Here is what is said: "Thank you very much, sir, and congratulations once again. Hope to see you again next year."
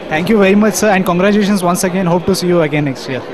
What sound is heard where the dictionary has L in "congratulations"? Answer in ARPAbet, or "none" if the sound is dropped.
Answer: none